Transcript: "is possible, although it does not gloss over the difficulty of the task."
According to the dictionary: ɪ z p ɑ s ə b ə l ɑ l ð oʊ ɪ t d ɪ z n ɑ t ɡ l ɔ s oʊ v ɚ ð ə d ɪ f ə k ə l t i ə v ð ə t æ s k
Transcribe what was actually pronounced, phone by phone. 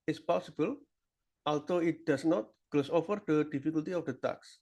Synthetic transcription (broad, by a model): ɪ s p ɑ s ə b ə l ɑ l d oʊ ɪ t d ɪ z n ɑ t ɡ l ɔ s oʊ f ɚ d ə d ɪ f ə k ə l t i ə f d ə t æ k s